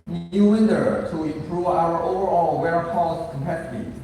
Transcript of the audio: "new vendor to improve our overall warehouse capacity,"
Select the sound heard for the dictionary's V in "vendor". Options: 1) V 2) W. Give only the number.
2